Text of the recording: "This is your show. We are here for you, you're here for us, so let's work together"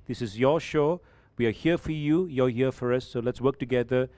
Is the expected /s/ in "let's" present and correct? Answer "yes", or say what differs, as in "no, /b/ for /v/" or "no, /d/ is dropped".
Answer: yes